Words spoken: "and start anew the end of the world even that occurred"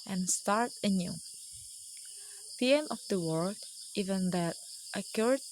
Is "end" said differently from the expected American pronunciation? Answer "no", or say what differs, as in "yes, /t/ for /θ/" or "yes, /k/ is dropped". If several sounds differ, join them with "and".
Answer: yes, /d/ is dropped